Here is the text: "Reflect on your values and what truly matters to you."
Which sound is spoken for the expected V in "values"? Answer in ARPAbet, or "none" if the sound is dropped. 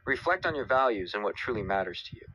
V